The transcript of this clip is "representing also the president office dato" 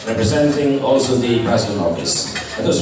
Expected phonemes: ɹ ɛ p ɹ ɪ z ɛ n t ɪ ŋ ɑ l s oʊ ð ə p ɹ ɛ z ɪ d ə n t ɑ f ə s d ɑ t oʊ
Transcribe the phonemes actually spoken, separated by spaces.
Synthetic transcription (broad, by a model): ɹ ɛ p ɹ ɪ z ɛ n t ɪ ŋ ɑ l s oʊ ð ə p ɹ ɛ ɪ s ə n ɑ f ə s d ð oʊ